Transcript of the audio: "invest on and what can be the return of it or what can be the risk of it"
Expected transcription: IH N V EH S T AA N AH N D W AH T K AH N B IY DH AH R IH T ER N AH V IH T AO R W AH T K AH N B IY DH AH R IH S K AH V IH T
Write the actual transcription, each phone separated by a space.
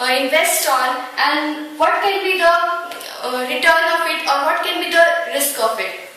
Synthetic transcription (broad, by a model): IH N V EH S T AA N AH N D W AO T K AH N B IY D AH R IH T ER N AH F IH T AO R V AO T K AH N B IY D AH R IH S K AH F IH T